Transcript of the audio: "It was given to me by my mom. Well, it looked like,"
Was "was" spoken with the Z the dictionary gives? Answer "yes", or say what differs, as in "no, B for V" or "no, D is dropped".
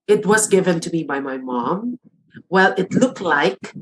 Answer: yes